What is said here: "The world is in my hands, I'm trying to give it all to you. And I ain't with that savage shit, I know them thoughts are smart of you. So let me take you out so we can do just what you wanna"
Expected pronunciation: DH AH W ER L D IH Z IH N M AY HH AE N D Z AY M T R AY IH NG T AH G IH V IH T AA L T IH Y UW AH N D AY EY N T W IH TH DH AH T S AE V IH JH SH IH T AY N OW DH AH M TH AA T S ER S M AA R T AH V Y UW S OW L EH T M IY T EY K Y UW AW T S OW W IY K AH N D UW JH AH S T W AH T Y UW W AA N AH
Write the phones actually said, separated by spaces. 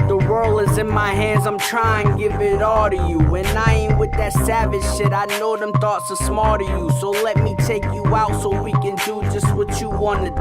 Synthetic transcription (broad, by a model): DH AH W ER L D IH Z IH N M AY HH AE N D Z AY M T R AY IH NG G IH V IH T AA L T IH Y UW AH N AY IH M W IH DH AH T S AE V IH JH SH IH T AY N OW DH AH M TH AA T S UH S M AA L T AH Y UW S OW L EH T M IY T EY K Y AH AW T S OW W IY K AH N D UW JH AH S T W AH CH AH W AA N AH